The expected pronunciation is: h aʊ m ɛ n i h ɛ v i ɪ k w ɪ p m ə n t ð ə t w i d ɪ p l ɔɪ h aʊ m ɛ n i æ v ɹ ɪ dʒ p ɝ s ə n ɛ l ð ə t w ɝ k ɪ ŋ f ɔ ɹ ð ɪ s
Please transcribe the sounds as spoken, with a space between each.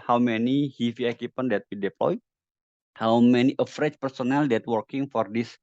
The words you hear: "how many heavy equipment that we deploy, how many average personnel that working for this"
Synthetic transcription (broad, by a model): h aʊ m ɛ n i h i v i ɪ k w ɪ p ə n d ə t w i d ɪ p l ɔɪ h aʊ m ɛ n i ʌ f ɹ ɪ tʃ p ɝ s ə n ɛ l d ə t w ɝ k ɪ ŋ f ɔ ɹ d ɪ s